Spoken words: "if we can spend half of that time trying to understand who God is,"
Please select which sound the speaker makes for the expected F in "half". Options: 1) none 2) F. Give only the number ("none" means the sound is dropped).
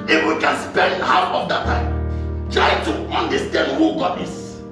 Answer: 1